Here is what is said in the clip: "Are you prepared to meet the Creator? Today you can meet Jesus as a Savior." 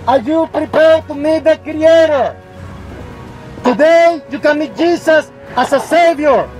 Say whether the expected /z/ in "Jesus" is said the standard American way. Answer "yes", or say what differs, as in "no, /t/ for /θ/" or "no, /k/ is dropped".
no, /s/ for /z/